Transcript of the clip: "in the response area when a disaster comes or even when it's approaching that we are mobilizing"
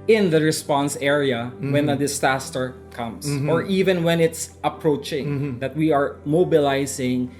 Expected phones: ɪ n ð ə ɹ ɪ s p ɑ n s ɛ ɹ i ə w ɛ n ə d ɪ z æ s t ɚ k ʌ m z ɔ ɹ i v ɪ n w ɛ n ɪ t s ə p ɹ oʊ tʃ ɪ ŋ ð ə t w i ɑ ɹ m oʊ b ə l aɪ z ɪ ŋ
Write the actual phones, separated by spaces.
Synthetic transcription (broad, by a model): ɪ n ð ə ɹ ɪ s p ɑ n s ɛ ɹ i ə w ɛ n ə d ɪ s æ s t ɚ k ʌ m s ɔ ɹ i v ɪ n w ɛ n ɪ t s ə p ɹ oʊ tʃ ɪ ŋ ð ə t w i ɑ ɹ m oʊ b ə l aɪ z ɪ ŋ